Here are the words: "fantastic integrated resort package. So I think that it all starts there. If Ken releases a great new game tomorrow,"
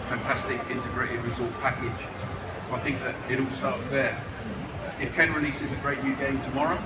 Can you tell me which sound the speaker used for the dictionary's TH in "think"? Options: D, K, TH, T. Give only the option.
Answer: TH